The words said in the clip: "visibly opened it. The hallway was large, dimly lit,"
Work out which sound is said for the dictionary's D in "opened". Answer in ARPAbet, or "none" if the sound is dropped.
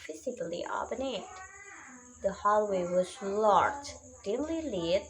none